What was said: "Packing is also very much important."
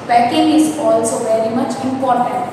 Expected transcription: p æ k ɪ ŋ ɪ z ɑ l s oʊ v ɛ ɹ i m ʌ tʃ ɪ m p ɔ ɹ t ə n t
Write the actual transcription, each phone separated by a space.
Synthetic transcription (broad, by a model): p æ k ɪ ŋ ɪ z ɑ l s oʊ v ɛ ɹ i m ʌ tʃ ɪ m p ɔ ɹ t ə n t